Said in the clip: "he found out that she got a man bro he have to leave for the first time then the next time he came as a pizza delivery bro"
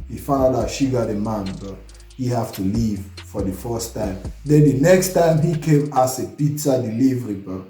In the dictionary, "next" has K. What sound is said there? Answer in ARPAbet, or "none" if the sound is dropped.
K